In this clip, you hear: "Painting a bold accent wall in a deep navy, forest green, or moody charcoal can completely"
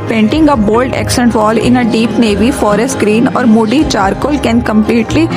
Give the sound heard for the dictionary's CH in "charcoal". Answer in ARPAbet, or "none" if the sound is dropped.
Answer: CH